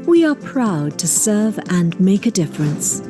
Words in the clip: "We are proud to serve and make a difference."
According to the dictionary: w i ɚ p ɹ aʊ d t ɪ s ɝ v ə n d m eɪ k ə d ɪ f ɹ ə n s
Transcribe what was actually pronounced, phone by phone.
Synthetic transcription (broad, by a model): w i ɚ p ɹ aʊ d t ɪ s ɝ v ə n m eɪ k ə d ɪ f ɹ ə n s